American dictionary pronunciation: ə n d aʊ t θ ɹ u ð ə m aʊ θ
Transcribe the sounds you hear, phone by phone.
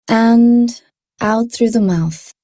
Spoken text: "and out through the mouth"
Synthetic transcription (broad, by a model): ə n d aʊ t θ ɹ u ð ə m aʊ θ